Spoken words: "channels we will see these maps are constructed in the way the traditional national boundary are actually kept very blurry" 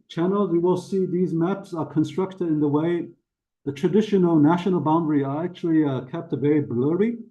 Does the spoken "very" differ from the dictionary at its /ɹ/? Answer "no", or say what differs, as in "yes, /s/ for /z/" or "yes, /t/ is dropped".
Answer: yes, /ɹ/ is dropped